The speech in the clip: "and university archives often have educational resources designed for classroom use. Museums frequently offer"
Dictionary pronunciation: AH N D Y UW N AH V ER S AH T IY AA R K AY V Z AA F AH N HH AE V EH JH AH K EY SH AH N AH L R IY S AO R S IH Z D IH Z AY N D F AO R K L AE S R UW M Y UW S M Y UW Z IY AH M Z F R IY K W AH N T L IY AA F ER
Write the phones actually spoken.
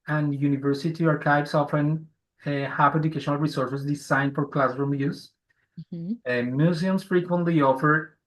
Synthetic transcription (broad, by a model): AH N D Y UW N AH V ER S AH T IY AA R K AY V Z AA F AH N HH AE P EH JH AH K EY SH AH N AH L R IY S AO R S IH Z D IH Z AY N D F AO R K L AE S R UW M Y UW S M Y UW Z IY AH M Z F R IY K W AH N T L IY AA F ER